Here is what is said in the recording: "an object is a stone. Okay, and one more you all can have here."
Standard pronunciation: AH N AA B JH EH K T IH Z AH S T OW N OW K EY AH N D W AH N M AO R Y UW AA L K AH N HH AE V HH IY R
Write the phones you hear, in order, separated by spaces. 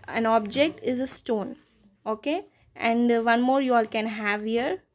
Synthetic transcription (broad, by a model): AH N AA B JH EH K T IH Z AH S T OW N OW K EY AH N D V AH N M AO R Y UW AA L K AH N HH AE V HH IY R